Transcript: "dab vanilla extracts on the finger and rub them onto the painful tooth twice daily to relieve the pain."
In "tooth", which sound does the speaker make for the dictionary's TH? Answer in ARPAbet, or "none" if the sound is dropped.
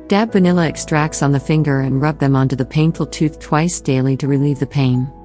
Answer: TH